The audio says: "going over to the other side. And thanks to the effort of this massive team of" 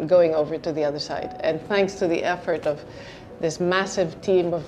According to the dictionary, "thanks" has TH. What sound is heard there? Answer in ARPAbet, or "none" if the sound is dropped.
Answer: TH